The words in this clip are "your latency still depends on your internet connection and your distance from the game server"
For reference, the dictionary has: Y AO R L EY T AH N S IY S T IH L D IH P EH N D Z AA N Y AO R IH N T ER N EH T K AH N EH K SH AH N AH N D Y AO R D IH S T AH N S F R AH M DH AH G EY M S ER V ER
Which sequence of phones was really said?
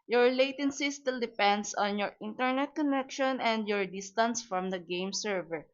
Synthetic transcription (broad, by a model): Y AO R L EY T AH N S IY S T IH L D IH P EH N D S AA N Y AO R IH N T ER N EH T K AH N EH K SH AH N AH N D Y AO R D IH S T AH N S F R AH M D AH G EY M S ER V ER